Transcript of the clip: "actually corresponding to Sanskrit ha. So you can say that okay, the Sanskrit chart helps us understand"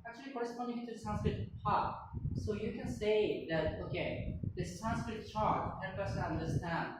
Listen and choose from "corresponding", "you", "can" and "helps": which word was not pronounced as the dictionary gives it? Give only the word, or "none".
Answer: helps